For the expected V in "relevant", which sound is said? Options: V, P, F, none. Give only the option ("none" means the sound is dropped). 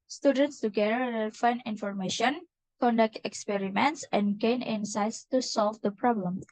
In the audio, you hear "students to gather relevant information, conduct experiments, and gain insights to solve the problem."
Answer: F